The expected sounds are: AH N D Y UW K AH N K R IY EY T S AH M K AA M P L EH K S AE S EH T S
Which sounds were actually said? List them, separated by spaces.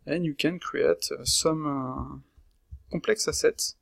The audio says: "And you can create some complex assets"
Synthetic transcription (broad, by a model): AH N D Y UW K AH N K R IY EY T S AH M K AA P L EH K S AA S EH T